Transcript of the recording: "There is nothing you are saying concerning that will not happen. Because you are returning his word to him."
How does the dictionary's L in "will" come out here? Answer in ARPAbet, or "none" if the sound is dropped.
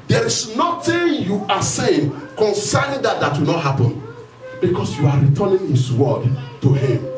W